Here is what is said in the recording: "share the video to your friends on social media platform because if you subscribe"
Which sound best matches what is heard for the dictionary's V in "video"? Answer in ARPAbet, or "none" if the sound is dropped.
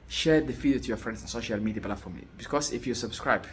F